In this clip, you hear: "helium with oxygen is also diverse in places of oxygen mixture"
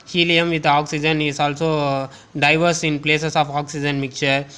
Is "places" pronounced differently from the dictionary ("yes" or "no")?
yes